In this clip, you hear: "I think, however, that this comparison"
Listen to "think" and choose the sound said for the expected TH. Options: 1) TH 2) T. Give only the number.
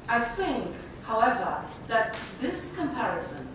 1